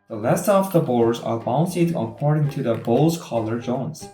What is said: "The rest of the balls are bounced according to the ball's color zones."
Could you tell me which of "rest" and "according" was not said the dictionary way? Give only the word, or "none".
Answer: rest